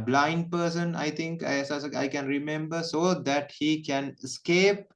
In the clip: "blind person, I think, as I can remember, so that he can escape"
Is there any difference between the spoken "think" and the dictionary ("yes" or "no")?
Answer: yes